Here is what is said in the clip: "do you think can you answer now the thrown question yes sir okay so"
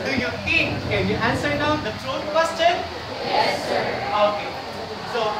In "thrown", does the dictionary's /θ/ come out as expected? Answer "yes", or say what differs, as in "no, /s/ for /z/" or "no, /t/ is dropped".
no, /t/ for /θ/